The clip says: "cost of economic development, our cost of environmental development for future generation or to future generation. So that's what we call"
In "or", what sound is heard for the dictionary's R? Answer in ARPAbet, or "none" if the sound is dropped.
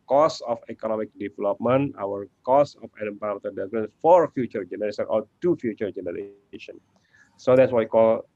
L